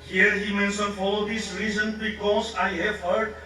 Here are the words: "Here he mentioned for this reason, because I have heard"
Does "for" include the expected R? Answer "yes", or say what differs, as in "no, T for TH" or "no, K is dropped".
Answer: no, L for R